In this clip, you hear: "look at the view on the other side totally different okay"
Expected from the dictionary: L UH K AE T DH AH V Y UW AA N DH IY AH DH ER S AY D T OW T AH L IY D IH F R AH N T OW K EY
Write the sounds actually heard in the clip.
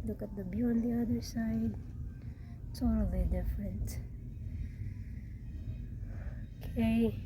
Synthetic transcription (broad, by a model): L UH K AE T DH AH B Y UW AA N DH IY AH DH ER S AY D T OW T AH L IY D IH F R AH N T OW K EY